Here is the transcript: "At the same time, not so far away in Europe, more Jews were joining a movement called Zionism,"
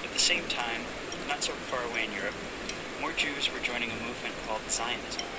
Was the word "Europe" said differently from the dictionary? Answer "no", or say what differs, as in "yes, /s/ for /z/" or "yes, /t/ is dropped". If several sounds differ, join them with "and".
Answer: no